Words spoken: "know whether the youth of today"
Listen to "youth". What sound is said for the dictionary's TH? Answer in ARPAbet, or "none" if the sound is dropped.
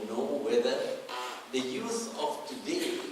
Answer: S